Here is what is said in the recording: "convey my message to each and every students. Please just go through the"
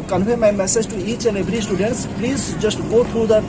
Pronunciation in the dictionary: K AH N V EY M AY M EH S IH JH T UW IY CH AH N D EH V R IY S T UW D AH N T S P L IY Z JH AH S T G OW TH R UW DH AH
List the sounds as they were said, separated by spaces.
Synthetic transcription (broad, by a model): K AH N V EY M AY M EH S IH JH T UW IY S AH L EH B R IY S T UW D AH N T S P L IY Z JH AH S T G OW T R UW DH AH